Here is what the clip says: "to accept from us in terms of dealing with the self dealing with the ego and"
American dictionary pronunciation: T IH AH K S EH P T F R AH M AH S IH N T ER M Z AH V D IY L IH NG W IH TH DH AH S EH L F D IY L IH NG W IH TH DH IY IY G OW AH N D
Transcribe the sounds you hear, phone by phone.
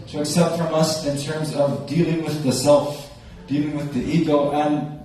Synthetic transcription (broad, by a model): T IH AH K S EH P T F R AH M AH S IH N T ER M Z AH V D IY L IH NG W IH DH AH S EH L F D IY L IH NG W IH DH IY IY G OW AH N